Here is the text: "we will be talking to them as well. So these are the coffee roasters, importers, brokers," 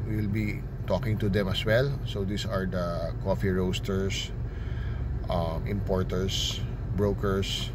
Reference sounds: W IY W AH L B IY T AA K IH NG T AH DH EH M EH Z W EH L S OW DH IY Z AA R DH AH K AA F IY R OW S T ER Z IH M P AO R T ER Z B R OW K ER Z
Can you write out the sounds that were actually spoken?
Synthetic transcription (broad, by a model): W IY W L B IY T AA K IH NG T AH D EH M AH S W EH L S OW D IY S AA R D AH K AA F IY R OW S T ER S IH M P AO R T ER S B R OW K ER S